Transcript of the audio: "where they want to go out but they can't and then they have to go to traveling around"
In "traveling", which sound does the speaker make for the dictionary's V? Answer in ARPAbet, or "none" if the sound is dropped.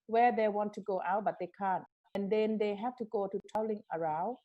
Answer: none